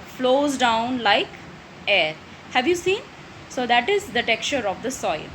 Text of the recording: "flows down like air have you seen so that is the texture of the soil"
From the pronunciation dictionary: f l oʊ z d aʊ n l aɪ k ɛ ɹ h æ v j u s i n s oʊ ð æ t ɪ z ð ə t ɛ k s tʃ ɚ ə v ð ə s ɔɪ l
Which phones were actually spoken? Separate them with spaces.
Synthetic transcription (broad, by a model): f l oʊ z d aʊ n l aɪ k ɛ ɹ h æ v j u s i n s oʊ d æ t ɪ z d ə t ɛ k tʃ ɚ ə v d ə s ɔɪ l